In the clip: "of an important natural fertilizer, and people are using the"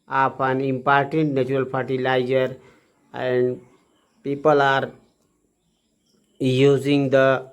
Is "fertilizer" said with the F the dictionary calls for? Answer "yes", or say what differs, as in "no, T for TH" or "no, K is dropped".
no, P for F